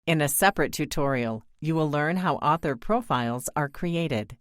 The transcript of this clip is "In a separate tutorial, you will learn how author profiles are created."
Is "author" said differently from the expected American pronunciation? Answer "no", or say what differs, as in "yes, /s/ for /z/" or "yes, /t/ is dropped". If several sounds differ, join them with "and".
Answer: no